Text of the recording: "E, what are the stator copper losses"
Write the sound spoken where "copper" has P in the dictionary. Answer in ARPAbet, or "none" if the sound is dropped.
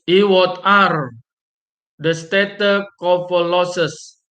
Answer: F